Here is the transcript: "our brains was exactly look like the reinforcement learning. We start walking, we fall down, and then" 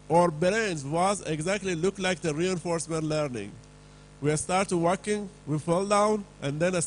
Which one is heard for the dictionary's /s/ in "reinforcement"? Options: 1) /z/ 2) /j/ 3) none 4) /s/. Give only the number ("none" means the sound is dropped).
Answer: 4